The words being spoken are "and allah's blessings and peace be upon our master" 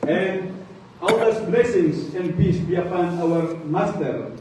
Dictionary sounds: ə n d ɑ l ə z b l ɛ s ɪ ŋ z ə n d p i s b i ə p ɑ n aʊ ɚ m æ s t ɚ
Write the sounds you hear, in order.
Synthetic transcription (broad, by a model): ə n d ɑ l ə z b l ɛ s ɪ ŋ s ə n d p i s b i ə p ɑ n aʊ ɚ m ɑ s t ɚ